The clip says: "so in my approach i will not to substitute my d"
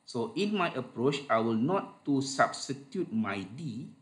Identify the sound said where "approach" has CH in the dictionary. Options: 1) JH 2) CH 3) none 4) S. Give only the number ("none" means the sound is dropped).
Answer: 2